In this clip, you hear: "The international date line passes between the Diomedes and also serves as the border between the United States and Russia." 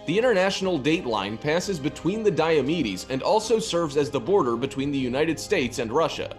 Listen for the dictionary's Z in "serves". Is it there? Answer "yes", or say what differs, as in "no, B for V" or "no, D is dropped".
yes